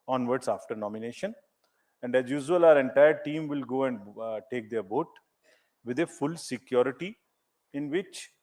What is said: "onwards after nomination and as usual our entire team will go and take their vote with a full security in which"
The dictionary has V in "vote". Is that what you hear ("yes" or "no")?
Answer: no